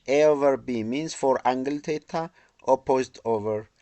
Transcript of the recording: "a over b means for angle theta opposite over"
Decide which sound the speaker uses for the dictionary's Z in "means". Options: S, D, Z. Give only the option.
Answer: S